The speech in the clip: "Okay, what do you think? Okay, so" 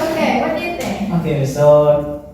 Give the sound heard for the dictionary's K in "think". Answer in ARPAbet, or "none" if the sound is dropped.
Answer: none